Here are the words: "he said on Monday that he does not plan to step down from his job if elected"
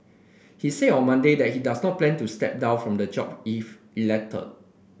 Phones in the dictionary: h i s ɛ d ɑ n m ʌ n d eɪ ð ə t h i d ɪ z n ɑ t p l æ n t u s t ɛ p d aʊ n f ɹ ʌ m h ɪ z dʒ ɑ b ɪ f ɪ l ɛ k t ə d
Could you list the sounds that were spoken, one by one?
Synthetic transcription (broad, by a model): h i s ɛ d ɑ n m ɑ n d eɪ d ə t h i d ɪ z n ɑ t p l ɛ n t u s t ɛ p d aʊ n f ɹ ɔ m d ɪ dʒ ɑ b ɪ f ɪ l ɛ k t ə